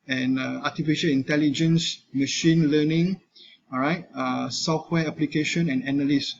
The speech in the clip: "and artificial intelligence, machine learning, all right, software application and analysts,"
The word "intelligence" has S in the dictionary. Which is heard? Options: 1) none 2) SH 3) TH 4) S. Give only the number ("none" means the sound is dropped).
4